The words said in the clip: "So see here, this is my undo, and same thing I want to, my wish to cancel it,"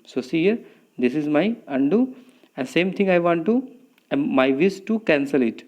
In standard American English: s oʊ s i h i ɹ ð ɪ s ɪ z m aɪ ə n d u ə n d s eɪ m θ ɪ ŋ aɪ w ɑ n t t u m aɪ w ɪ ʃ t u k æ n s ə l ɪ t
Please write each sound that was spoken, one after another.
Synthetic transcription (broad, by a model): s oʊ s i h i ɹ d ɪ s ɪ z m aɪ ə n d u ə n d s eɪ m t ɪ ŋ aɪ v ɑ n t t u m aɪ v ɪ s t u k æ n s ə l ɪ t